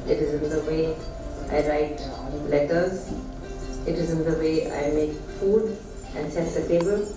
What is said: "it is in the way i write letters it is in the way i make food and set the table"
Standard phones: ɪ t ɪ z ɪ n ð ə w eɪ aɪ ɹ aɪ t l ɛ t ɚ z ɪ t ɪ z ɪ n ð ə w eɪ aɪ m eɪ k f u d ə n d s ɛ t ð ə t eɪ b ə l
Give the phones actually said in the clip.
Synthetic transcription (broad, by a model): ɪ t ɪ z ɪ n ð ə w eɪ aɪ ɹ aɪ t l ɛ t ɚ z ɪ t ɪ z ɪ n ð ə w eɪ aɪ m eɪ k f u d ə n d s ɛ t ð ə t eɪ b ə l